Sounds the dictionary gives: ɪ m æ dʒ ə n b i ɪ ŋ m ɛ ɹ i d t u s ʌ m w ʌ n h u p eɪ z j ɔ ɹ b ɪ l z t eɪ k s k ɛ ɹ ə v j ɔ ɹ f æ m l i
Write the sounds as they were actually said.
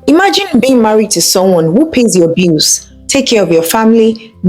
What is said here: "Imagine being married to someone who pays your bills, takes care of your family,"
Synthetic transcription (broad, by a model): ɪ m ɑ dʒ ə n b i ɪ ŋ m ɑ ɹ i d t u s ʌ m w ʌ n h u p eɪ z j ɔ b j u z t eɪ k k ɛ ɹ ə v j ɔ f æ m l i